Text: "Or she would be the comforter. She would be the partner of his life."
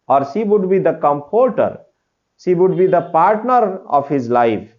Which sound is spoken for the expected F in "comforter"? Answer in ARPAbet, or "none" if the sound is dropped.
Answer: P